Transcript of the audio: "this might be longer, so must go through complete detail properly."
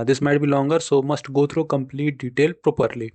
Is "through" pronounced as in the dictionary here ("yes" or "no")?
no